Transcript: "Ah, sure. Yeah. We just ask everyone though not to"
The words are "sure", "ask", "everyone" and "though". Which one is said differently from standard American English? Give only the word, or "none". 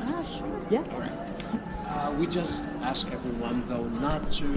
none